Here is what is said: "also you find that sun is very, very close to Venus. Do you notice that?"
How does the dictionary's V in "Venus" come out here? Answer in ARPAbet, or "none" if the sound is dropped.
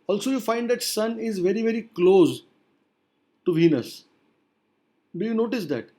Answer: V